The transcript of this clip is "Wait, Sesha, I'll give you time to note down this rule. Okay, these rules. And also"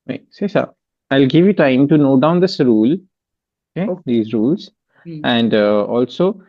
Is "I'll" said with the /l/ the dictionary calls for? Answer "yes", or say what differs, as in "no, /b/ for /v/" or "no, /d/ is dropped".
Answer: yes